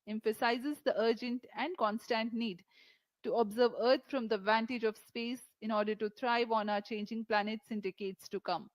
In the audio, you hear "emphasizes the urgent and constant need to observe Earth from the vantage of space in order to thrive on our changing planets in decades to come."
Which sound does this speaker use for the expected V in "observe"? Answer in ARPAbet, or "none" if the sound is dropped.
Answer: V